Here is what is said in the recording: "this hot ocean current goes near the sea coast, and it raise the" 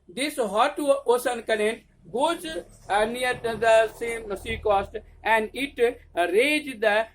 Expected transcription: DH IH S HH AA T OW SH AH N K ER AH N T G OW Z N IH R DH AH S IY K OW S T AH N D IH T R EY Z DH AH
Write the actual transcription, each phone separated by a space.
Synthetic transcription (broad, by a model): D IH S HH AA T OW S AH N K ER AH N T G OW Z N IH R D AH S IY K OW S T AH N D IH T R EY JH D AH